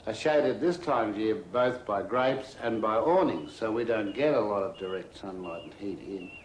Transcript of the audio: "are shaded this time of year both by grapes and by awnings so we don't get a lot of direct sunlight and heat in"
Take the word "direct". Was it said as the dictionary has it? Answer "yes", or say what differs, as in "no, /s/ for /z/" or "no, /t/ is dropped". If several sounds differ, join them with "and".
yes